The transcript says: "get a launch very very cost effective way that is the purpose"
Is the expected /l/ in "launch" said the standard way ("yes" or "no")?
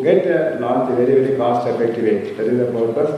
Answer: no